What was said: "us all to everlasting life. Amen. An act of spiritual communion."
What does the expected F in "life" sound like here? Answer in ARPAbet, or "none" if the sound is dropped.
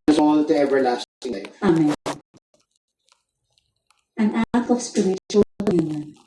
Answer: none